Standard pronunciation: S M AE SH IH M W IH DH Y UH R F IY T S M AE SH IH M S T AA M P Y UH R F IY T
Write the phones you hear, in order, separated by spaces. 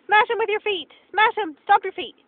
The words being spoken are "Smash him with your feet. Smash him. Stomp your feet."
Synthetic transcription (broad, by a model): S M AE SH IH M W IH DH Y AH R F IY T S M AE SH IH M S T AA P Y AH R F IY T